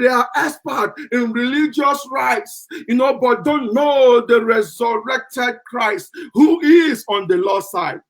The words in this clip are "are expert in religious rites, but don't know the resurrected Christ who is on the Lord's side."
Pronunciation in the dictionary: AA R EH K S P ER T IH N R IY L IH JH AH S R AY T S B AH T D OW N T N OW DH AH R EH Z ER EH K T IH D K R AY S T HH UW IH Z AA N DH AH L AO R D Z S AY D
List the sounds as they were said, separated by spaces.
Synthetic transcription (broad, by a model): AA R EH S P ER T IH N R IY L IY JH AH S R AY T S B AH T D OW N T N OW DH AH R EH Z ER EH K T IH D K R AY S T HH UW IH Z AA N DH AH L AO S AY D